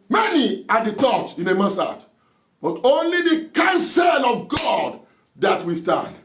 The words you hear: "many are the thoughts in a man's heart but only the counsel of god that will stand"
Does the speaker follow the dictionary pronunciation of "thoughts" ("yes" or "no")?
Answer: no